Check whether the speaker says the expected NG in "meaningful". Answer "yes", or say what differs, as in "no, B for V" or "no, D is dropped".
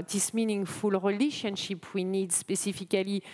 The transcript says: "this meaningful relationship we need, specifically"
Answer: yes